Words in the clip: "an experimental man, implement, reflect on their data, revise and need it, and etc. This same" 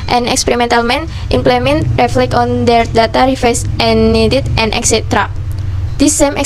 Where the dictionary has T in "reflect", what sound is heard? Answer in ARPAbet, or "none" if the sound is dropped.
none